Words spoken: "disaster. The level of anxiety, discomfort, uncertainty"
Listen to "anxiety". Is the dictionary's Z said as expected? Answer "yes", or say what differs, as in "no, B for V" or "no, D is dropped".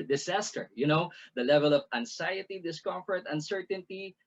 no, S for Z